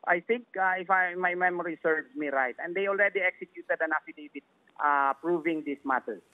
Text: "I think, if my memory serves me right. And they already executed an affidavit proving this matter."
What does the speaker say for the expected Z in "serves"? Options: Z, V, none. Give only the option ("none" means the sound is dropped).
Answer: none